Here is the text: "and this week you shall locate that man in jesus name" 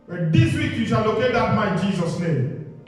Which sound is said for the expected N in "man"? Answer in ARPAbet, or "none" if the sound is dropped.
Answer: none